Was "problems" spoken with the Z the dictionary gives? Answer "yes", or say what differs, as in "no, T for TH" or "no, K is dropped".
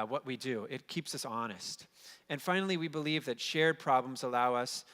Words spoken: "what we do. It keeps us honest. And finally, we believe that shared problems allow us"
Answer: yes